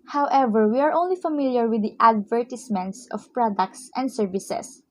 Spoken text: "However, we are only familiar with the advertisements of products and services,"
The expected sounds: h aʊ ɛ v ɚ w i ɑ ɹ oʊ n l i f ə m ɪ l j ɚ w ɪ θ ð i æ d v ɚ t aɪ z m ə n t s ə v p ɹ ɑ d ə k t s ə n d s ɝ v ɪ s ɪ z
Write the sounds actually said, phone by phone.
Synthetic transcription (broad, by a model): h aʊ ɛ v ɚ w i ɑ ɹ oʊ n l i f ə m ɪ l j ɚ w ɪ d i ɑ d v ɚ t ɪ s m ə n t s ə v p ɹ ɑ d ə k t s ə n d s ɝ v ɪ s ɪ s